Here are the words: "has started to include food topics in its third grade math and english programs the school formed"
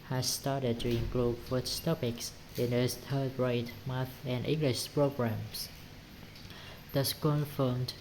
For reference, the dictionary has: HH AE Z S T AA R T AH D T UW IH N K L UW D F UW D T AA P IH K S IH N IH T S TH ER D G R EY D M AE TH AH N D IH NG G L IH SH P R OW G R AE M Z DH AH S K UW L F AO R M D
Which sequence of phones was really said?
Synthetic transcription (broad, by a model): HH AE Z S T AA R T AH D T UW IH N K L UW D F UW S T AA P IH K S IH N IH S T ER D R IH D M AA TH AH N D IH NG G L IH SH P R OW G R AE M S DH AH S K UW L F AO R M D